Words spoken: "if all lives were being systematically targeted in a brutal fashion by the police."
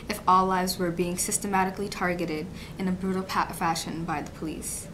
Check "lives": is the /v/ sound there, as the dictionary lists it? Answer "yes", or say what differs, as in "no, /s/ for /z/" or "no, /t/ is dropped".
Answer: yes